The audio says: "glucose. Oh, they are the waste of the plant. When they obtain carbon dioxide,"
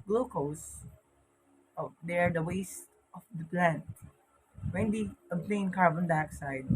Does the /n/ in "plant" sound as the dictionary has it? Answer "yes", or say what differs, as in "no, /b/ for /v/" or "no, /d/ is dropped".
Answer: yes